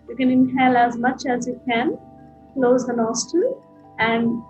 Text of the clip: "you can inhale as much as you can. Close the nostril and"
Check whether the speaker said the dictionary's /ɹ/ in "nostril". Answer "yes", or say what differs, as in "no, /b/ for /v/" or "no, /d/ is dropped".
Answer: no, /ɹ/ is dropped